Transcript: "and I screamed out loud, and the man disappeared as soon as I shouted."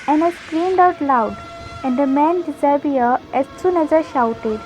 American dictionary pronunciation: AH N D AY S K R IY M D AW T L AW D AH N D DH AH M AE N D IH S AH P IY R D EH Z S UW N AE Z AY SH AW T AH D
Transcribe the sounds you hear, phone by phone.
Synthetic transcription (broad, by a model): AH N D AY S K R IY M D AW T L AW D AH N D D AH M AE N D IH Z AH B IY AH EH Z S UW N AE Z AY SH AW T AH D